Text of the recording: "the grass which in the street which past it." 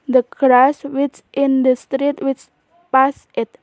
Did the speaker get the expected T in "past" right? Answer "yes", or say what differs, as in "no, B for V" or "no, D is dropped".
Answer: no, T is dropped